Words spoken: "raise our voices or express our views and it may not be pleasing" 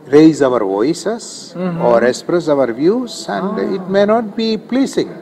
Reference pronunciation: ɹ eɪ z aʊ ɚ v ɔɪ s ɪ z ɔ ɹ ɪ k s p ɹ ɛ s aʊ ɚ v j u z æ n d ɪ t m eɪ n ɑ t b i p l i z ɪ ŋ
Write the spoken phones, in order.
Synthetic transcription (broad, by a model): ɹ eɪ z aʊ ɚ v ɔɪ s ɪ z ɔ ɹ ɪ k s p ɹ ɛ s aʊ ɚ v j u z æ n d ɪ t m eɪ n ɑ t b i p l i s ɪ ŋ